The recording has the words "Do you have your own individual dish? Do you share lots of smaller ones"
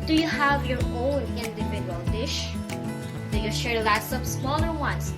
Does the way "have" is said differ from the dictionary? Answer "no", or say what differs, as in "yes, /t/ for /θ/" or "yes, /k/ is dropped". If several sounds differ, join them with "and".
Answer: no